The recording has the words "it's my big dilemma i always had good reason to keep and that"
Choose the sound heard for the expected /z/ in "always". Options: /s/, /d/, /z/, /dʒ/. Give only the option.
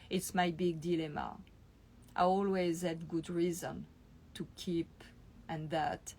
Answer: /z/